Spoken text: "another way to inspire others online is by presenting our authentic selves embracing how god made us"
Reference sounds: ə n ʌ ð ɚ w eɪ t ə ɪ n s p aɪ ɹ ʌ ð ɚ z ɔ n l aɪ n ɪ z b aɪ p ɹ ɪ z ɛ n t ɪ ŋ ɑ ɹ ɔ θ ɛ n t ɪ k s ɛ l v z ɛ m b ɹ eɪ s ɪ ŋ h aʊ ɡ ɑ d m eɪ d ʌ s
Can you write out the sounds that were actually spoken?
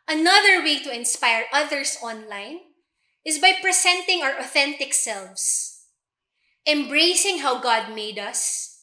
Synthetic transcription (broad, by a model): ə n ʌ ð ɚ w eɪ t ə ɪ n s p aɪ ɹ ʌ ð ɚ s ɔ n l aɪ n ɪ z b aɪ p ɹ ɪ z ɛ n t ɪ ŋ ɑ ɹ ɔ θ ɛ n t ɪ k s ɛ l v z ɛ m b ɹ eɪ s ɪ ŋ h aʊ ɡ ɑ d m eɪ d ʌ s